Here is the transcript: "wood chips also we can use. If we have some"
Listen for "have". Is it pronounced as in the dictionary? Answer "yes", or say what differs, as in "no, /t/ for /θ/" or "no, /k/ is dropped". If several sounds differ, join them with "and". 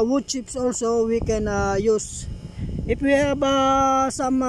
no, /b/ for /v/